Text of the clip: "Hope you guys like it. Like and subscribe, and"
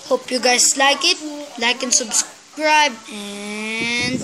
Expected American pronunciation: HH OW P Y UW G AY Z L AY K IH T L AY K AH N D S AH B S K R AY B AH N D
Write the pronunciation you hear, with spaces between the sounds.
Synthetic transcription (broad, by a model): HH OW P Y UW G AY S L AY K IH T L AY K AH N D S AH B S K R AY B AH N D